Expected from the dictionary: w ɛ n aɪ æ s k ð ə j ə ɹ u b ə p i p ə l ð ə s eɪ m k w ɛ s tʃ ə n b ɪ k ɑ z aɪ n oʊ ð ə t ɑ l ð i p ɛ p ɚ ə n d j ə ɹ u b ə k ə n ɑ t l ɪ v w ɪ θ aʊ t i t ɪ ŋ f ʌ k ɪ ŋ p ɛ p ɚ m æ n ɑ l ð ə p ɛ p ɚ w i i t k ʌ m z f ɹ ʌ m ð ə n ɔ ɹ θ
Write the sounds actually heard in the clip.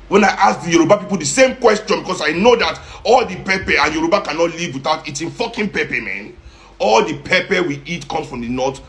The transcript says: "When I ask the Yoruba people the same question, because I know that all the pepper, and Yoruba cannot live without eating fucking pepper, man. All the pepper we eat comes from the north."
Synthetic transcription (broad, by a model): w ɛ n aɪ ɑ s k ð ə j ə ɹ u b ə p i p ə l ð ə s eɪ m k w ɛ s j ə n b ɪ k ɑ s aɪ n oʊ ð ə t ɑ l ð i p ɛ p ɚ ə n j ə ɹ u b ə k ə n ɑ t l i v w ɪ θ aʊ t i t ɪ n f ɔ k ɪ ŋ p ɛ p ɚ m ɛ n ɑ l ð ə p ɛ p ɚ w i i t k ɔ m s f ɹ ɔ m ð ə n ɔ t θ